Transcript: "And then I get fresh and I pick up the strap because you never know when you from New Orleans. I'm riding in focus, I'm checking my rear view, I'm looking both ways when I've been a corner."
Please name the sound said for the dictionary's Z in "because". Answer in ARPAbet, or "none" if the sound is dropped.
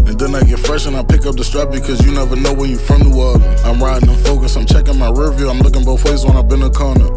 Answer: Z